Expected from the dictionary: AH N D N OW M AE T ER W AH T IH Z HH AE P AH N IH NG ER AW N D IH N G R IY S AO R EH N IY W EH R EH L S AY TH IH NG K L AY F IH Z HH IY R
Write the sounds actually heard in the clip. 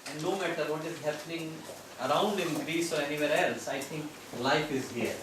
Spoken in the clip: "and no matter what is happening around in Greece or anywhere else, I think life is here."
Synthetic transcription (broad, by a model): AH N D N OW M AE T ER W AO T IH Z HH AE P AH N IH NG ER AW N D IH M G R IY S AO R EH N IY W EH R EH L S AY T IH NG K L AY F IH Z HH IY R